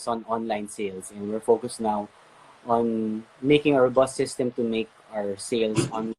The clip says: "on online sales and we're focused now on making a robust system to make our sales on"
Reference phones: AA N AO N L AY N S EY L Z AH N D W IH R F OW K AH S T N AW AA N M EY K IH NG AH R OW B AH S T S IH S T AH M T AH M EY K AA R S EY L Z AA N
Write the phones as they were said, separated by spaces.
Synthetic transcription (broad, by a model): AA N AO N L AY N S EY L S AH N D W IH R F OW K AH S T N AW AA N M EY K IH NG AH W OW B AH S S IH S T AH M T AH M EY K AA R S EY L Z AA N